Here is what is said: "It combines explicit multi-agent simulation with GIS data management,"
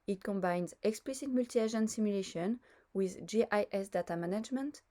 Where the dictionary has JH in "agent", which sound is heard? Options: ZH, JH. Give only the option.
ZH